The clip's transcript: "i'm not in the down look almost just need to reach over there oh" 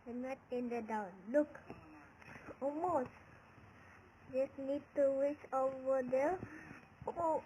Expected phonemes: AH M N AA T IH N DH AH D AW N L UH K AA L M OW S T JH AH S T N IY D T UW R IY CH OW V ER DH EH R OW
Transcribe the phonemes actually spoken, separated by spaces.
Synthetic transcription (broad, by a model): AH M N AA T IH N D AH D AW N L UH K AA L M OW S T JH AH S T N IY D T UW W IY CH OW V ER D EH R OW